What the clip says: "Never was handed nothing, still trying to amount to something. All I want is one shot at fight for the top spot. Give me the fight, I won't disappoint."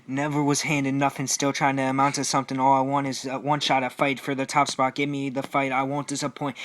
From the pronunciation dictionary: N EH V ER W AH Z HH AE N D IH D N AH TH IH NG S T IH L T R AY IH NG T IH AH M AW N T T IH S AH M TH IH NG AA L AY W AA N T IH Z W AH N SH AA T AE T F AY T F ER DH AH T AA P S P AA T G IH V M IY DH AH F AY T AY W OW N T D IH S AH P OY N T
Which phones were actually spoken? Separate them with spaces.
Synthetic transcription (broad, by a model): N EH V ER W AH Z HH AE N D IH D N AH F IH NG S T IH L T R AY IH NG T IH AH M AW N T T IH S AH M TH IH NG AA L AY W AA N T IH Z W AH N SH AA T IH F AY T F ER DH AH T AA P S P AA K G IH V M IY DH AH F AY T AY W OW N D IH S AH P OY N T